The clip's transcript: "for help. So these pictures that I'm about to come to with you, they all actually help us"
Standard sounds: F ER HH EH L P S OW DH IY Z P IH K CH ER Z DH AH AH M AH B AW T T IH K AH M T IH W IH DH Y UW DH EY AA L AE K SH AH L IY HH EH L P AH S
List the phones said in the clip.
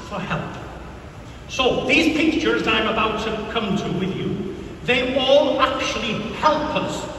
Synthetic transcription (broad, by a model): F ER HH EH L P S OW DH IY Z P IH K CH ER Z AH AH M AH B AW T T IH K AH M T IH W IH DH Y UW DH EY AA L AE K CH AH L IY HH EH L P AH S